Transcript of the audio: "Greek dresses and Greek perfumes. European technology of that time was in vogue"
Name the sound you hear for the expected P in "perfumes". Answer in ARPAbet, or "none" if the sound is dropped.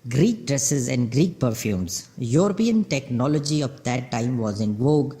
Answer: P